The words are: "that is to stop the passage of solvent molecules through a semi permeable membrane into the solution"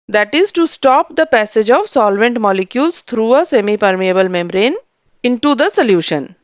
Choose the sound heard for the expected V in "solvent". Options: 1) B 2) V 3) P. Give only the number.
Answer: 2